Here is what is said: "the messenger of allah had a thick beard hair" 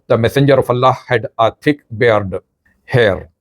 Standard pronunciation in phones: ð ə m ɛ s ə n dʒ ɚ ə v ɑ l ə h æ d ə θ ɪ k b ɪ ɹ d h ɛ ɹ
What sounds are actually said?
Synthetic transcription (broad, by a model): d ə m ɛ s ə n dʒ ɚ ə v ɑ l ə h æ d ə t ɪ k b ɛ ɹ d h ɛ ɹ